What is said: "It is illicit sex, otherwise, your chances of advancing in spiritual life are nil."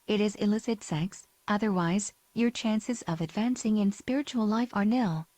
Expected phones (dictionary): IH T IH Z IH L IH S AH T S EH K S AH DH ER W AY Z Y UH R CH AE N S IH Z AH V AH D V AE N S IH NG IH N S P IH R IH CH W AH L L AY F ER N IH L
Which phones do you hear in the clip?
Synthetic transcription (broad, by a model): IH T IH Z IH L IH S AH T S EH K S AH DH ER W AY Z Y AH R CH AE N S IH Z AH V AH D V AE N S IH NG IH N S P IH R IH CH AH L L AY F ER N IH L